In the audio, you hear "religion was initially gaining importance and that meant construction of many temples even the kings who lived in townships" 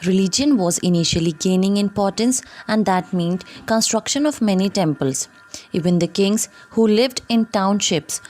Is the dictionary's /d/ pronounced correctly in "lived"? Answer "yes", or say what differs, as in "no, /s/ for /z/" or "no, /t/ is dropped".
yes